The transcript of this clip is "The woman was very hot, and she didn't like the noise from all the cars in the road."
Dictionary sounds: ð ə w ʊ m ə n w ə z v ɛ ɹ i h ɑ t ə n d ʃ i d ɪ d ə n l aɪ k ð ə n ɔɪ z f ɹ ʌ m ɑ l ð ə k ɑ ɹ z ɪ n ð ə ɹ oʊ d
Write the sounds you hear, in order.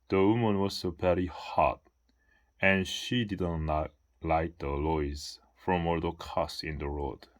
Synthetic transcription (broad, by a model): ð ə w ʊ m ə n w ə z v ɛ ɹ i h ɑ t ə n ʃ i d ɪ d ə n l aɪ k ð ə l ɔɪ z f ɹ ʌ m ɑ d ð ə k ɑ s ɪ n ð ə ɹ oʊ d